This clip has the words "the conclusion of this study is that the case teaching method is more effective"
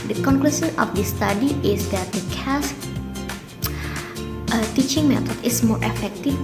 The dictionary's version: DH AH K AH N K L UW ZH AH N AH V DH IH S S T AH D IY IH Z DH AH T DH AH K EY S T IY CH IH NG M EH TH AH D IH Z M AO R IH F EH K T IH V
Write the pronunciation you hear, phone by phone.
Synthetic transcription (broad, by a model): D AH K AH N K L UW S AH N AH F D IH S S T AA D IY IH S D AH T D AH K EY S T IY CH IH NG M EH T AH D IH S M AO R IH F EH K T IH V